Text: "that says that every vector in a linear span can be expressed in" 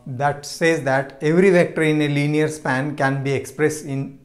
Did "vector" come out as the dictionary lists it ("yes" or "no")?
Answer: yes